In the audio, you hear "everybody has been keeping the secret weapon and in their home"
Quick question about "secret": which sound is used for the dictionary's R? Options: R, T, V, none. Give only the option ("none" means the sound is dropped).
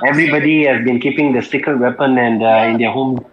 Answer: none